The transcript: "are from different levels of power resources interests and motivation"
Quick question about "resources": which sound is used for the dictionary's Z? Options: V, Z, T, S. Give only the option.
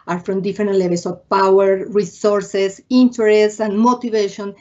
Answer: S